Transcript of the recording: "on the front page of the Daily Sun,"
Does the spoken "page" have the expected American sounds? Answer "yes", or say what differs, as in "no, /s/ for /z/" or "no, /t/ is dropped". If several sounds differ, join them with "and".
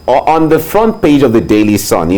yes